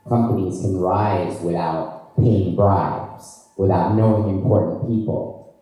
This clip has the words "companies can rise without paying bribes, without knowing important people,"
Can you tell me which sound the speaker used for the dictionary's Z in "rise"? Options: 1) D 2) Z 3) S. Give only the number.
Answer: 2